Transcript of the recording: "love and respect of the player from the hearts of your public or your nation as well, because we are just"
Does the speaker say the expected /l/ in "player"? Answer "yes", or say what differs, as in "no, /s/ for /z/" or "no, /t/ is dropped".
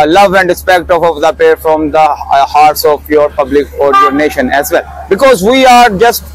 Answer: no, /l/ is dropped